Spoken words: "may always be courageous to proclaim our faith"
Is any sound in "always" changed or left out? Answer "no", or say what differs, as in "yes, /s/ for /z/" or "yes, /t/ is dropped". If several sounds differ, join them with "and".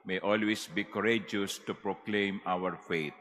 yes, /s/ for /z/